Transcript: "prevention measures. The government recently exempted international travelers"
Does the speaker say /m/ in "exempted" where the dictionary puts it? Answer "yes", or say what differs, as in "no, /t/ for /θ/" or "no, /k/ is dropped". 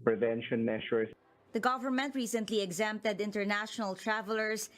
yes